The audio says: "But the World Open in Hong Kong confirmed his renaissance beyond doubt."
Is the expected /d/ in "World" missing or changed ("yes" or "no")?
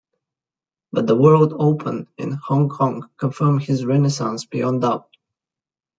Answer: no